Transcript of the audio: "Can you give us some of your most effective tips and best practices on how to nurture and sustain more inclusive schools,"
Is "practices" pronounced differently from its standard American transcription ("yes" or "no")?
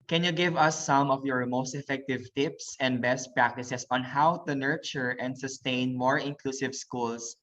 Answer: yes